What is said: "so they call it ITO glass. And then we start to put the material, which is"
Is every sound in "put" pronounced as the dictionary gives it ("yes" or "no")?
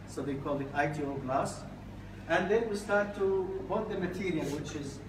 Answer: no